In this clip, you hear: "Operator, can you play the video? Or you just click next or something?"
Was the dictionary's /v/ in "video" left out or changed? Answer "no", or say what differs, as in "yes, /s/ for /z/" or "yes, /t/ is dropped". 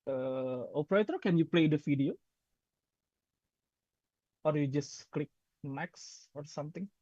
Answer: yes, /f/ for /v/